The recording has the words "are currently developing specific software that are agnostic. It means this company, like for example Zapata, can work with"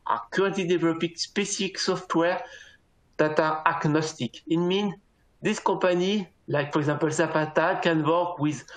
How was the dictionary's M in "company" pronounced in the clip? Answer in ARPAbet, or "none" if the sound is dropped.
none